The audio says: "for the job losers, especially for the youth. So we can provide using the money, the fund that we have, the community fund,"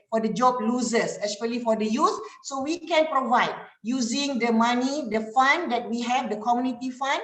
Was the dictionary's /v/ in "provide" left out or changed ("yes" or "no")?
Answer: no